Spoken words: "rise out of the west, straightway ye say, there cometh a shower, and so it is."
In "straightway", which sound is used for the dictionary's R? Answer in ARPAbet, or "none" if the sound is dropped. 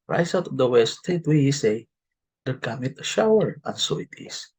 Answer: none